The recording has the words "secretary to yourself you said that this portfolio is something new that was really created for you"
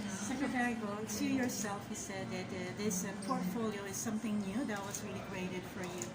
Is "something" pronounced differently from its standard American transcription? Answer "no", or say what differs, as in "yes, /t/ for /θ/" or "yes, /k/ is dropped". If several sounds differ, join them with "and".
no